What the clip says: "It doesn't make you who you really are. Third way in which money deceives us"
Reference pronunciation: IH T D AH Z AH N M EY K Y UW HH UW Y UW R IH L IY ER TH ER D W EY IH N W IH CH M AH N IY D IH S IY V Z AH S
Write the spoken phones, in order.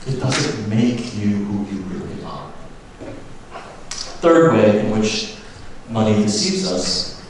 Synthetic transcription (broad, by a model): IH T D AH Z AH N M EY K Y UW HH UW Y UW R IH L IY ER TH ER D W EY IH N W IH CH M AH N IY D IH S IY V Z AH S